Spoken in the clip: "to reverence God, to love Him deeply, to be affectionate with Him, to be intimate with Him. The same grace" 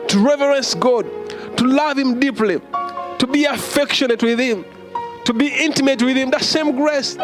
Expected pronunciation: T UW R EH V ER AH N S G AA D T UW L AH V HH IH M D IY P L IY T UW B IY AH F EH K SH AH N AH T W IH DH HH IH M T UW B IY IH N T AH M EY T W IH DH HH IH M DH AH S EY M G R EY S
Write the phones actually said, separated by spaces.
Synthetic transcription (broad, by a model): T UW R EH V ER AH N S G AA D T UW L AH V HH IH M D IY P L IY T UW B IY AH F EH K SH AH N AH T W IH DH HH IH M T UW B IY IH N T AH M EY T W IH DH HH IH M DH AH S EY M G R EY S